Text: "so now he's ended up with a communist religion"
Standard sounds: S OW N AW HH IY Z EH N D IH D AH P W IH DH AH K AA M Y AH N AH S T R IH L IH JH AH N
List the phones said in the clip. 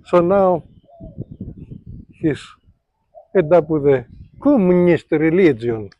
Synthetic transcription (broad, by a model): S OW N AW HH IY S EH D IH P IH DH AH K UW M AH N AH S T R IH L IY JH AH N